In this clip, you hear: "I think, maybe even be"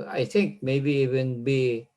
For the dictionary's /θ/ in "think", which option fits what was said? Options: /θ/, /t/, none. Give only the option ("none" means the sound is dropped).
/t/